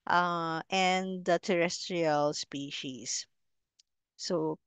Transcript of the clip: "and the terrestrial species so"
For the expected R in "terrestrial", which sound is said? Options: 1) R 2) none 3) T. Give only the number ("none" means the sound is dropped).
1